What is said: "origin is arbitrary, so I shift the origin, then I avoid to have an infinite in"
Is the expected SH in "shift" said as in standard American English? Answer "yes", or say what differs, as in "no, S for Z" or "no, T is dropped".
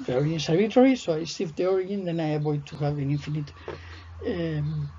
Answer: no, S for SH